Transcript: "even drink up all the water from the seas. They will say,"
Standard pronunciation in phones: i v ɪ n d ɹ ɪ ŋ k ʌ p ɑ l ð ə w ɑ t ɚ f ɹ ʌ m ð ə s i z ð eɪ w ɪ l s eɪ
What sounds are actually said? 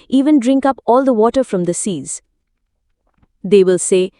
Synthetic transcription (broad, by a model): i v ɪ n d ɹ ɪ ŋ k ʌ p ɑ l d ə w ɑ t ɚ f ɹ ʌ m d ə s i z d eɪ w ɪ l s eɪ